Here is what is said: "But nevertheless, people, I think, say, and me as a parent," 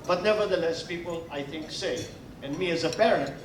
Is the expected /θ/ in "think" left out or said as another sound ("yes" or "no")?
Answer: no